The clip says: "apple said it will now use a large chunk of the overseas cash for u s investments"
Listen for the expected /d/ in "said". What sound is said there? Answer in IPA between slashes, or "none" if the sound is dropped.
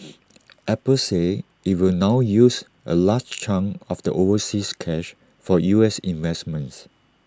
none